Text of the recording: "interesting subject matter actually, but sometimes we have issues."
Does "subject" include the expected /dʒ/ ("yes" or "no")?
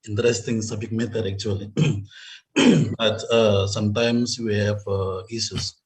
no